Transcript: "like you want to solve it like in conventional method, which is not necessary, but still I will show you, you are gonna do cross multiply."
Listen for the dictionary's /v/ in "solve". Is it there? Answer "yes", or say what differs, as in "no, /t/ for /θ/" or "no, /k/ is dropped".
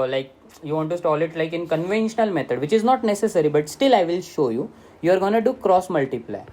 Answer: no, /v/ is dropped